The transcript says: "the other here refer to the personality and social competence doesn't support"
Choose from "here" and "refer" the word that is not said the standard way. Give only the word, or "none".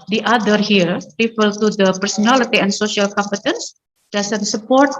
refer